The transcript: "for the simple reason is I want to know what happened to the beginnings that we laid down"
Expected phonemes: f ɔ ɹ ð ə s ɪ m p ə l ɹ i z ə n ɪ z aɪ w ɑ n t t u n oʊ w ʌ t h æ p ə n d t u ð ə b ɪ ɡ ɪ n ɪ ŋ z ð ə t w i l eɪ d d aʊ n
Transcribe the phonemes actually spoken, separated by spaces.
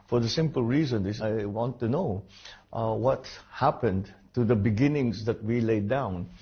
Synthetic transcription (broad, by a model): f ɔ ɹ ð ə s ɪ m p ə l ɹ i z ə n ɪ s aɪ w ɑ n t t u n oʊ w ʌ t h æ p ə n d t u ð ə b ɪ ɡ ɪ n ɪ ŋ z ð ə t w i l eɪ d d aʊ n